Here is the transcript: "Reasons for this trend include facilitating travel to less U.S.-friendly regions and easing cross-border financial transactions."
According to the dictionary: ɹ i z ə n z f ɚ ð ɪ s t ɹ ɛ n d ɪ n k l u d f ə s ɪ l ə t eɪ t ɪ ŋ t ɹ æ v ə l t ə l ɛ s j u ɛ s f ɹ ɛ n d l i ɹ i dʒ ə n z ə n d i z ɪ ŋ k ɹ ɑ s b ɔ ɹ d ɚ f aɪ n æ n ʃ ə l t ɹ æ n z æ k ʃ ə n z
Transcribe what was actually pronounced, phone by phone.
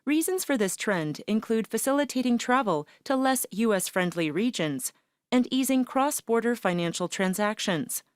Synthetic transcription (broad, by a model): ɹ i z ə n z f ɚ ð ɪ s t ɹ ɛ n d ɪ n k l u d f ə s ɪ l ə t eɪ t ɪ ŋ t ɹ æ v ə l t ə l ɛ s j u ɛ s f ɹ ɛ n d l i ɹ i dʒ ə n z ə n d i z ɪ ŋ k ɹ ɑ s b ɔ ɹ d ɚ f aɪ n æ n ʃ l t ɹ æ n z æ k ʃ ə n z